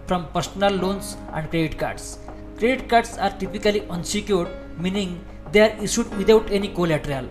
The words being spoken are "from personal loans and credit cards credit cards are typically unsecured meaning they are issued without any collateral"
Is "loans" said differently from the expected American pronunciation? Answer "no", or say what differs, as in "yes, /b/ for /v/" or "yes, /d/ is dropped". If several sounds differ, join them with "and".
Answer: yes, /s/ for /z/